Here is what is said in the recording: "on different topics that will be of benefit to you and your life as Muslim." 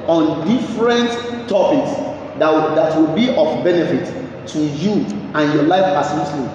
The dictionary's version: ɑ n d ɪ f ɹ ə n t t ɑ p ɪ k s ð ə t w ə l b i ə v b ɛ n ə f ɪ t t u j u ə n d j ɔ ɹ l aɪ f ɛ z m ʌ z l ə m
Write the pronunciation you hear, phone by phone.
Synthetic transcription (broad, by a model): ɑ n d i f ɹ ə n t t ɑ p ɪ k s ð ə t w ə l b i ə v b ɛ n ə f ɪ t t u j u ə n j ɔ l aɪ f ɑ s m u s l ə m